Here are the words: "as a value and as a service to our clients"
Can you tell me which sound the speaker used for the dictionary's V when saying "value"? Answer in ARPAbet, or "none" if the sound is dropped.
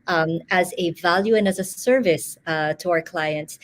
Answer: V